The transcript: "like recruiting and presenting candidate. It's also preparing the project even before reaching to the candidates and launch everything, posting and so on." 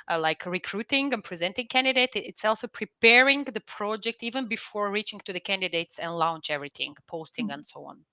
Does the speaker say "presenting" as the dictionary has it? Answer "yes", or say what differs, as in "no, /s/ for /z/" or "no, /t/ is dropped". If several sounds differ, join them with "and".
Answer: yes